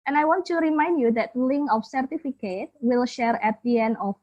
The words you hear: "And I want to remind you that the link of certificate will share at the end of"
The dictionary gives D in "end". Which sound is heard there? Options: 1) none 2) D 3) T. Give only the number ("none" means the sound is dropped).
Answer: 1